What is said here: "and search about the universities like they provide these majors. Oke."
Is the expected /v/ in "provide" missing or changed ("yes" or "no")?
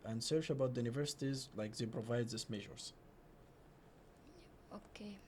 no